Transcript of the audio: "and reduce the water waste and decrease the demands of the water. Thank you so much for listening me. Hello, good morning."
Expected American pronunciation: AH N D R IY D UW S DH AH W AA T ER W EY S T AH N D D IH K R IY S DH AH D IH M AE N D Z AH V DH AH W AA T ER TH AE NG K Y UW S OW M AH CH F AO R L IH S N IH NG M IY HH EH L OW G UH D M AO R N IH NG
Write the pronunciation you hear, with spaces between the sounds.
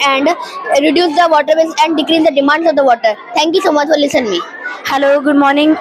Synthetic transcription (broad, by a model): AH N D R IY D UW S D AH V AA T ER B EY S AH N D D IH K R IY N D AH D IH M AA N D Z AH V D AH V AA T ER T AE NG K Y UW S OW M AH CH F AO R L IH S IH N M IY HH EH L OW G UH D M AO R N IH NG